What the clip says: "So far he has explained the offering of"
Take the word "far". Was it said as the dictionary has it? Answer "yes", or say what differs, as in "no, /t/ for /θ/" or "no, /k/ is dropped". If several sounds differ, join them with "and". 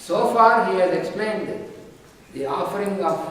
yes